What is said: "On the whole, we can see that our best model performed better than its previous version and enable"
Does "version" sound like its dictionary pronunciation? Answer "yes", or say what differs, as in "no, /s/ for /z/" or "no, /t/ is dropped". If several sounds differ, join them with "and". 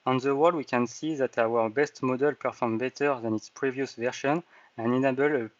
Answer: no, /ʃ/ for /ʒ/